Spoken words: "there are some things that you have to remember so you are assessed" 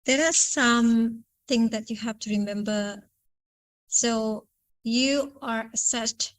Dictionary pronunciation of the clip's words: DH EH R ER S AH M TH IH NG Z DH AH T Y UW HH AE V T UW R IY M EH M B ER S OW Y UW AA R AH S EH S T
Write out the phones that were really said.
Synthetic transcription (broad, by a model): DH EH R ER S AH M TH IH NG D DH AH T Y UW HH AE F T UW R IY M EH M B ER S OW Y UW AA R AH S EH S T